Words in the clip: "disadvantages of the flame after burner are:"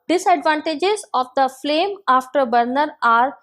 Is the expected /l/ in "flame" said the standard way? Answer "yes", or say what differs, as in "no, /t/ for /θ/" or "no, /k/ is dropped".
yes